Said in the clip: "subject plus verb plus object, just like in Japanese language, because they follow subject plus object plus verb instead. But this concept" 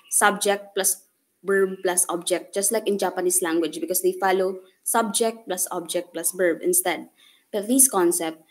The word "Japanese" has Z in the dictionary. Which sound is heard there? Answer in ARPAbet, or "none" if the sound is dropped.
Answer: S